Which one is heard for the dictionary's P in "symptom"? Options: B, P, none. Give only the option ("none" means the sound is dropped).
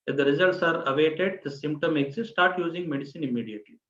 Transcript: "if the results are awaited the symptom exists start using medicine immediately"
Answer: P